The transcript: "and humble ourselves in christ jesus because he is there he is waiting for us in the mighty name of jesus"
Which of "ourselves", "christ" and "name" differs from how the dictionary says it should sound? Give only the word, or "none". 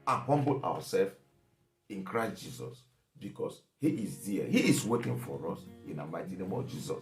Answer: ourselves